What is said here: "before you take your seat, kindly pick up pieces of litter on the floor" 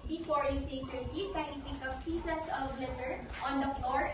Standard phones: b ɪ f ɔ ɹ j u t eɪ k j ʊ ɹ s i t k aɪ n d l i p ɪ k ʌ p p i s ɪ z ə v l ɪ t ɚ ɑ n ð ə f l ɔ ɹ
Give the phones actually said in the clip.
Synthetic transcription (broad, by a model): b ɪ f ɔ ɹ j u t eɪ k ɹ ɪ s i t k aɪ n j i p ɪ k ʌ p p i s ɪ s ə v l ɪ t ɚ ɑ n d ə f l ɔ ɹ